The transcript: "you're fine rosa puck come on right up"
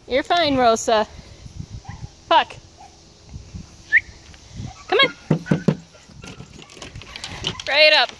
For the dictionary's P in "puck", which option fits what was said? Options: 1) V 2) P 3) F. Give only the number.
3